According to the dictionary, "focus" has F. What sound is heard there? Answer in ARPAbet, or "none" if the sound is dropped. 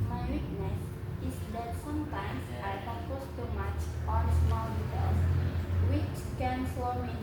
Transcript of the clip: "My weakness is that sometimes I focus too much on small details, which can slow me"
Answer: P